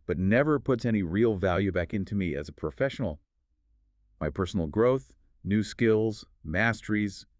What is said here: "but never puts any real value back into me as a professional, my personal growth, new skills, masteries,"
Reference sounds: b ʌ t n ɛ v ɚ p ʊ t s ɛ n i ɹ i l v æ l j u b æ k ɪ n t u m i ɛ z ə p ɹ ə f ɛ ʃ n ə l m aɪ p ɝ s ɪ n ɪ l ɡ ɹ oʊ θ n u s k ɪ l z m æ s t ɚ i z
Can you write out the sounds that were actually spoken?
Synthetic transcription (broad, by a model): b ʌ t n ɛ v ɚ p ʊ t s ɛ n i ɹ i l v æ l j u b æ k ɪ n t u m i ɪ z ə p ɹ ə f ɛ ʃ n l m aɪ p ɝ s n l ɡ ɹ oʊ θ n u s k ɪ l z m æ s t ɚ i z